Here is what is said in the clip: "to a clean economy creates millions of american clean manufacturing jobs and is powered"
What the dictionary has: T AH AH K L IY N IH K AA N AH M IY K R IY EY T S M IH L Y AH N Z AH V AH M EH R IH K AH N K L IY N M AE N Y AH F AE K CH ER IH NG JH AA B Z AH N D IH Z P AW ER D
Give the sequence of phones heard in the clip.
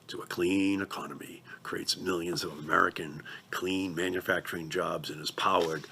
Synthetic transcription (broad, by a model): T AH AH K L IY N IH K AA N AH M IY K R IY EY T S M IH L Y AH N Z AH V AH M EH R IH K AH N K L IY N M AE N Y AH F AE K CH ER IH NG JH AA B Z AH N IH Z P AW ER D